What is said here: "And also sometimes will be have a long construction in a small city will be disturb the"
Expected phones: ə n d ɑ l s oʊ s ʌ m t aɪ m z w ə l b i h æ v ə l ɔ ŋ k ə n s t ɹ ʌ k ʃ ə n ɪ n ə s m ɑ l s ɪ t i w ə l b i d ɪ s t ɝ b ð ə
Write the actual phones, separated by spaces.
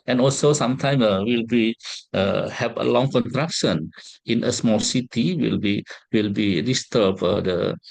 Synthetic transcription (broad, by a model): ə n ɑ l s oʊ s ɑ m t aɪ m w ə l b i h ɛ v ə l ɔ ŋ k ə n t ɹ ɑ k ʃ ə n ɪ n ə s m ɑ l s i t i w ə l b i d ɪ s t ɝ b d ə